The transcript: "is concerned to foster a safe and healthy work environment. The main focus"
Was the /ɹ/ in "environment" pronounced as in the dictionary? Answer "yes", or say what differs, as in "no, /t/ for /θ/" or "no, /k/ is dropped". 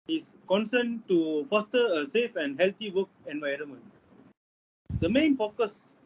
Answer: yes